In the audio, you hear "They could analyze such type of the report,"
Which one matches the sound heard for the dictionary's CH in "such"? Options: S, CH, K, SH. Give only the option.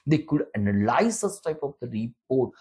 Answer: S